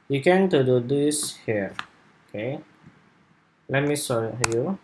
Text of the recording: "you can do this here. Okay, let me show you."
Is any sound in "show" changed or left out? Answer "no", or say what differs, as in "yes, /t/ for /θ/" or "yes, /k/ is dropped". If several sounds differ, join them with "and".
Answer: yes, /s/ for /ʃ/